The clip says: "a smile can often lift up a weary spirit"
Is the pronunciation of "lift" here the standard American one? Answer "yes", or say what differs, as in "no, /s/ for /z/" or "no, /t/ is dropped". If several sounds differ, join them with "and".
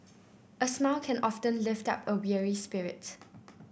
yes